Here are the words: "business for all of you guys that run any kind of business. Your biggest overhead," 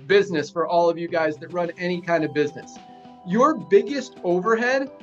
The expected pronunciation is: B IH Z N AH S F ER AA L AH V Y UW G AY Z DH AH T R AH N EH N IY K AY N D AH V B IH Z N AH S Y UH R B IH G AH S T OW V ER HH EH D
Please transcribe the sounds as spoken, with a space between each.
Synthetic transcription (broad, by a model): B IH Z N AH S F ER AA L AH V Y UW G AY Z DH AH T R AH N EH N IY K AY N D AH V B IH Z N AH S Y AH R B IH G AH S T OW V ER HH EH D